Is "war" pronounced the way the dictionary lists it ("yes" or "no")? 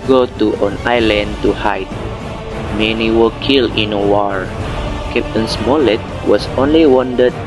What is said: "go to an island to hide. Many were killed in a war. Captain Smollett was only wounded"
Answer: yes